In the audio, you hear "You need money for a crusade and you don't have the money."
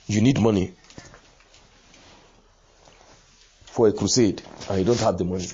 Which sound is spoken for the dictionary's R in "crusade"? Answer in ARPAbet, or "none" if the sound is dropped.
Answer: R